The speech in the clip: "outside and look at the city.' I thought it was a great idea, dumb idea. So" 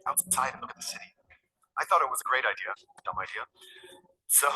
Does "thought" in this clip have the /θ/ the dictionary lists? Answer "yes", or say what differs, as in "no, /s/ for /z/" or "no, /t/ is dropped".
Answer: yes